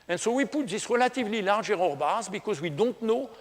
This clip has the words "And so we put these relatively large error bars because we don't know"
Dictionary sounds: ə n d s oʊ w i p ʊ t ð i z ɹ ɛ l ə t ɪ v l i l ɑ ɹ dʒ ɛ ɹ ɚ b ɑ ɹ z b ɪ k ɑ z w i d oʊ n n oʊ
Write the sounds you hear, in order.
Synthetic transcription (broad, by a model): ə n s oʊ w i p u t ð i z ɹ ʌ l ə t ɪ v l i l ɑ ɹ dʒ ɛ ɹ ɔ b ɑ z b ɪ k ɑ z w i d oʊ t n oʊ